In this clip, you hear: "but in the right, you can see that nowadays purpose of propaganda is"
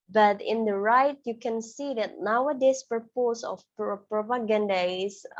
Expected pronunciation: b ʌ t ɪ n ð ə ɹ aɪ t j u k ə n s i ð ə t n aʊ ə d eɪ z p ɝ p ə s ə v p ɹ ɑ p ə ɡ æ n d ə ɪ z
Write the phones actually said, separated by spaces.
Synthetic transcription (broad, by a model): b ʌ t ɪ n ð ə ɹ aɪ t j u k ə n s i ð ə t n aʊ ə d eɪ s p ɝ p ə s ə p p ɹ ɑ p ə ɡ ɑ n d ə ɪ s